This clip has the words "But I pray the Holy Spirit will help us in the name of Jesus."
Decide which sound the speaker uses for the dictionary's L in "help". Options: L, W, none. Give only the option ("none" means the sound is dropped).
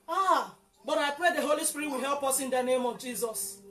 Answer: L